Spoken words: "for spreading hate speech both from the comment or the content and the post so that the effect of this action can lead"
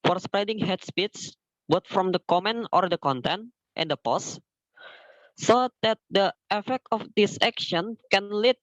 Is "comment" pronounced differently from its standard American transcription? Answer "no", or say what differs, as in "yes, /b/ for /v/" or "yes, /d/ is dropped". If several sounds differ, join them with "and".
yes, /t/ is dropped